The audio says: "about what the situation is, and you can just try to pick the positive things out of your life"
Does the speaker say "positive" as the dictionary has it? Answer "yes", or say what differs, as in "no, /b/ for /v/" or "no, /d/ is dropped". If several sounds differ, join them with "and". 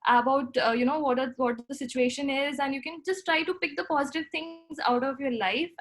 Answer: yes